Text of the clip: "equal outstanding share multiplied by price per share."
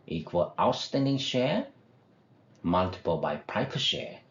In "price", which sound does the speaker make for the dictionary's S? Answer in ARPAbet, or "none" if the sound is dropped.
none